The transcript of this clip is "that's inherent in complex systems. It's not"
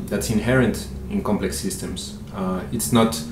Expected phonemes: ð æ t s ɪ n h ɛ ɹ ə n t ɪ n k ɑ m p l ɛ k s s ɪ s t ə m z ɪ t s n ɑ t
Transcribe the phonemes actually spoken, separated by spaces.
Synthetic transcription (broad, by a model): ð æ t s ɪ n h ɛ ɹ ə n t ɪ n k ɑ m p l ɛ k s s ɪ s t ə m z ɪ t s n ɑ t